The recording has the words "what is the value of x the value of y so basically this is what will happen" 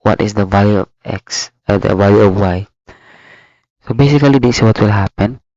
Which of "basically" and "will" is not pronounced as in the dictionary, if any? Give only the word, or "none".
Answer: basically